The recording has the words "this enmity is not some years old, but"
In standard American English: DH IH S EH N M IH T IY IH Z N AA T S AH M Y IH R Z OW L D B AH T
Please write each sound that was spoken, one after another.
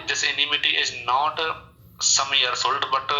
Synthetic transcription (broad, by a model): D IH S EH N M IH T IY IH Z N AA T S AH M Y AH R S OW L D B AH T